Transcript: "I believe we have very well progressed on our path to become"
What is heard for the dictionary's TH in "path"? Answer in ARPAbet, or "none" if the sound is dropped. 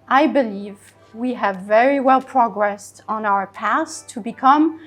S